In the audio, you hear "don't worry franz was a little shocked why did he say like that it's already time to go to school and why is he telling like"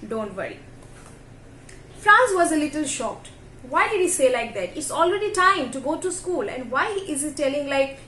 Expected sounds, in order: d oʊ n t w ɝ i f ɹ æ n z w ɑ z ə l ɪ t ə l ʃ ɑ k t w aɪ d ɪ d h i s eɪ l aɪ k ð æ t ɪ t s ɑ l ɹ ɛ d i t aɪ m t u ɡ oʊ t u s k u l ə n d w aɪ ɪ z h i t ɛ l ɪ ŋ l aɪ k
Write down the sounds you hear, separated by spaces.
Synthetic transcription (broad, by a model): d oʊ n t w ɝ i f ɹ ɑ n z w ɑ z ə l ɪ t ə l ʃ ɑ k t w aɪ d ɪ d h i s eɪ l aɪ k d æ t ɪ t s ɑ l ɹ ɛ d i t aɪ m t u ɡ oʊ t u s k u l ə n d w aɪ ɪ z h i t ɛ l ɪ ŋ l aɪ k